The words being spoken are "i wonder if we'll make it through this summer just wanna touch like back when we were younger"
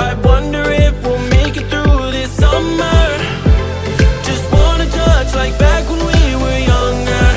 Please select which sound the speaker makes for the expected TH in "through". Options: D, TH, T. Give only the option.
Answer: TH